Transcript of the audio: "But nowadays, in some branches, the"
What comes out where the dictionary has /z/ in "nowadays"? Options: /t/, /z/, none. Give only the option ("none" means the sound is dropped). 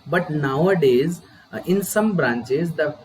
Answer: /z/